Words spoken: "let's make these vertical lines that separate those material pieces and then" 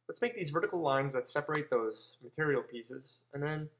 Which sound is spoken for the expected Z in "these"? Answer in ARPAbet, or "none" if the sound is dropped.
Z